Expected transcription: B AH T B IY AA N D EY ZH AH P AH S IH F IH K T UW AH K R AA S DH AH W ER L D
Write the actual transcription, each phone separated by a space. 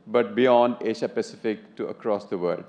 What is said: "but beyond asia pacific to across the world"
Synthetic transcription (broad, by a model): B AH T B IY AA N D EY SH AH P AH S IH F IH K T UW AH K R AA S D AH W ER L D